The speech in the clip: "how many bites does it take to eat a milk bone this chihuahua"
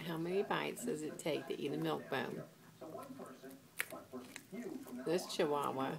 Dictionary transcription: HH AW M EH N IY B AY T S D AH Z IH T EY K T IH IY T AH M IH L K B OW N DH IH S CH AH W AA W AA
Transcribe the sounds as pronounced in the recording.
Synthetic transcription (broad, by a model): HH AW M EH N IY B AY T S D AH Z IH T EY K T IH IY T AH M IH L K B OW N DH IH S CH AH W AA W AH